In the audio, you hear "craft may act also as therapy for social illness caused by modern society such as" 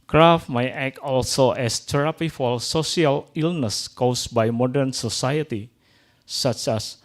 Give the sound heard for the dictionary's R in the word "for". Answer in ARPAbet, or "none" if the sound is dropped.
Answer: L